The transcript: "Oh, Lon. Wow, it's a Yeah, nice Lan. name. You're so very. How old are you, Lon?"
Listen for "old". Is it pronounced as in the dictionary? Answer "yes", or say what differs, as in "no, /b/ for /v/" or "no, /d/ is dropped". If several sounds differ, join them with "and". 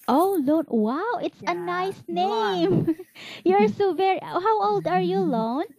yes